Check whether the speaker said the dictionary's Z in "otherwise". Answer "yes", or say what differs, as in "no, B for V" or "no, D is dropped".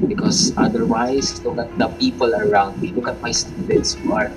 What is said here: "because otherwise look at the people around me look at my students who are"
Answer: no, S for Z